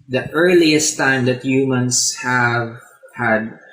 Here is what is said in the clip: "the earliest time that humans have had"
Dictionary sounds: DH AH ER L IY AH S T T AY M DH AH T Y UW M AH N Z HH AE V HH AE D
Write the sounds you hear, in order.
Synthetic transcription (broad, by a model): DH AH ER L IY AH S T T AY M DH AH T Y UW M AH N S HH AE V HH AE D